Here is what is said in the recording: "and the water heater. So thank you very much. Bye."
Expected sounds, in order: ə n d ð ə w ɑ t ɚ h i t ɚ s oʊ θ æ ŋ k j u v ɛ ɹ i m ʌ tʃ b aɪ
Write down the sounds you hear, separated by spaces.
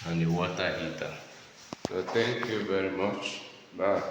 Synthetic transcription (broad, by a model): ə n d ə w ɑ t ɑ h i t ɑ s oʊ t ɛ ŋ k j u v ɛ ɹ i m ʌ tʃ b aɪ